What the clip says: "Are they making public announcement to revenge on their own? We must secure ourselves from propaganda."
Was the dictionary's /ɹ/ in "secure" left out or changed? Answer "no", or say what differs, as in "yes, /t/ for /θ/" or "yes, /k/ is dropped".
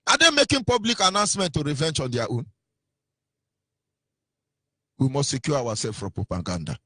yes, /w/ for /ɹ/